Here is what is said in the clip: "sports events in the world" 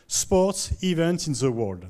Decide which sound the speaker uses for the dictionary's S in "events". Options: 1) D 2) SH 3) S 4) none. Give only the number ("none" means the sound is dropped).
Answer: 4